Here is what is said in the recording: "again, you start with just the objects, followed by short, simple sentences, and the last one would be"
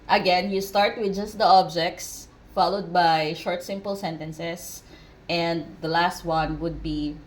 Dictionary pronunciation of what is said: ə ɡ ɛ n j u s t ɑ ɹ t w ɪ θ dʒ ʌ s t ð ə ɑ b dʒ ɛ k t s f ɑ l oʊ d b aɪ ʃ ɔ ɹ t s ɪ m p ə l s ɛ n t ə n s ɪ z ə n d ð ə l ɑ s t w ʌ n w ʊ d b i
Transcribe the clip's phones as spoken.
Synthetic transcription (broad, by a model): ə ɡ ɛ n j u s t ɑ ɹ t w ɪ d dʒ ʌ s t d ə ɑ b dʒ ɛ k t s f ɑ l oʊ d b aɪ ʃ ɔ ɹ t s ɪ m p ə l s ɛ n t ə n s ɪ s ə n d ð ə l ɑ s t w ʌ n w ʊ d b i